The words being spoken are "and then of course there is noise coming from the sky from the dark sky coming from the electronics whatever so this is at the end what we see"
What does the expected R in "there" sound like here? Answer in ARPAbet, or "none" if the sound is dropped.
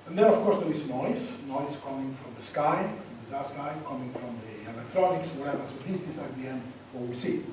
W